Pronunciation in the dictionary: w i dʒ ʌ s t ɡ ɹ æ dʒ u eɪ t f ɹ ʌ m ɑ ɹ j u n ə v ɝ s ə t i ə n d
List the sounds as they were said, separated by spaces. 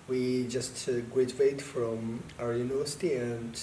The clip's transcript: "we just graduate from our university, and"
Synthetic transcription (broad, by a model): w i dʒ ʌ s t ɡ w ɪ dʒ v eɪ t f ɹ ʌ m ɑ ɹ j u n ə v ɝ s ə t i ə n